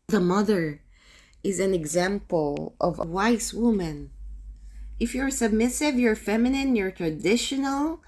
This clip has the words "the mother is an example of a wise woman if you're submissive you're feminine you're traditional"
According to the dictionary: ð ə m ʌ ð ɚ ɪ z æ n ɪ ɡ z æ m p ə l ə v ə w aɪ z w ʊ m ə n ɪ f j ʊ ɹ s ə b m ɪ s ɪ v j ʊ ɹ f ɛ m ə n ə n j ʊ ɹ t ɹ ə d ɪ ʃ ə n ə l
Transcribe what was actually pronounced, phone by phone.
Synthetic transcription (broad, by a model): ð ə m ʌ ð ɚ ɪ z æ n ɪ ɡ z æ m p ə l ə v ə w aɪ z w ʊ m ə n ɪ f j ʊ ɹ s ə b m ɪ s ɪ v j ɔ ɹ f ɛ m ə n ə n j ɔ ɹ t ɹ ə d ɪ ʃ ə n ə l